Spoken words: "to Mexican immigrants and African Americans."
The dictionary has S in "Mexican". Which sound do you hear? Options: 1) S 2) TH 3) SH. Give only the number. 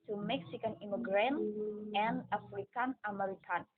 1